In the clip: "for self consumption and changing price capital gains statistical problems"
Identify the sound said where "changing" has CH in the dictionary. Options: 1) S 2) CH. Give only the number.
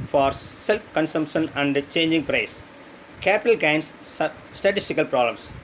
2